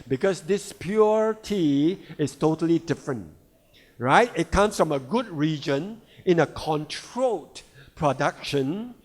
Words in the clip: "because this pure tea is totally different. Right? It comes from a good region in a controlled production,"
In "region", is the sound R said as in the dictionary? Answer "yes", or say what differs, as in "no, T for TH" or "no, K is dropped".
yes